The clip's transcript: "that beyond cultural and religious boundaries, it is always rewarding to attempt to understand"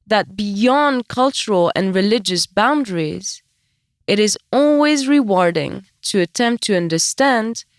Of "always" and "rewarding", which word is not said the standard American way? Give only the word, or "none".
none